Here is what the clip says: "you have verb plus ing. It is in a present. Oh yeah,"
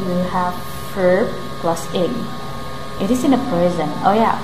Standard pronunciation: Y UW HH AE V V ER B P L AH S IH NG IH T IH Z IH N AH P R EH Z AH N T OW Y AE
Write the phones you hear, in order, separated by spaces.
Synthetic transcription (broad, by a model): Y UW HH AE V F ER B P L AH S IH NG IH T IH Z IH N AH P R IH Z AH N OW Y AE